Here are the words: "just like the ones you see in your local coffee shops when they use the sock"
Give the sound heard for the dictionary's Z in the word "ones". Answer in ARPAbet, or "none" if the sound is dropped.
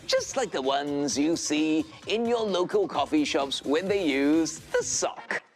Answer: Z